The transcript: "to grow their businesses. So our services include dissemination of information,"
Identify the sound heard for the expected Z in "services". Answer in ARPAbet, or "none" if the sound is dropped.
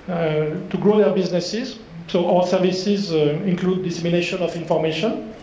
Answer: Z